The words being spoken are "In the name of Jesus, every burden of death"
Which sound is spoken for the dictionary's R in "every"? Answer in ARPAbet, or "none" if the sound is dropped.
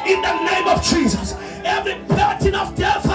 R